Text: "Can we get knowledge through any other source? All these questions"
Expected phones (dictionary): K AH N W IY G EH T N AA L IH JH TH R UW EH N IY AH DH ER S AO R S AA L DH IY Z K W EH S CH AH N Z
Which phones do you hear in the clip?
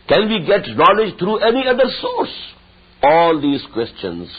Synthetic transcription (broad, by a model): K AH N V IY G EH T N AA L IH JH T R UW EH N IY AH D ER S AO R S AA L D IY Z K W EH S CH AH N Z